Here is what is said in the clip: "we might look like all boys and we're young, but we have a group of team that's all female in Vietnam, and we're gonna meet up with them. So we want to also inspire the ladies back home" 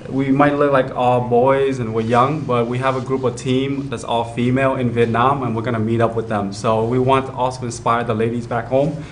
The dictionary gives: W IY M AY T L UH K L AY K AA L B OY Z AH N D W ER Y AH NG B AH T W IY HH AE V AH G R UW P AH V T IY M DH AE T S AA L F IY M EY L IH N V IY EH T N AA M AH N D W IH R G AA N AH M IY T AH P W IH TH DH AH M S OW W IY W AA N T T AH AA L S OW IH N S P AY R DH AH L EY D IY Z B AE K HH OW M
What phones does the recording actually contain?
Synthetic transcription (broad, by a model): W IY M AY T L UH K L AY K AA L B OY Z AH N W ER Y AH NG B AH T W IY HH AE V AH G R UW P AH V T IY M DH AE T S AA L F IY M EY L IH N V IY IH T N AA M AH N W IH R G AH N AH M IY T AH P W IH DH AH M S OW W IY W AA N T T AH AA L S OW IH N S P AY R DH AH L EY D IY Z B AE K HH OW M